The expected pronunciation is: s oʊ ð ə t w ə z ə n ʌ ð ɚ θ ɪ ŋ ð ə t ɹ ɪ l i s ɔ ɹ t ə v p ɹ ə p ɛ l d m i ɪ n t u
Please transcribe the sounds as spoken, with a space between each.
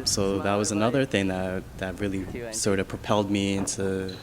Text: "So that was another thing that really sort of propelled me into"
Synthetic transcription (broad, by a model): s oʊ ð ə t w ə z ə n ʌ ð ɚ θ ɪ ŋ ð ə t ɹ ɪ l i s ɔ ɹ t ə v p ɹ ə p ɛ l d m i ɪ n t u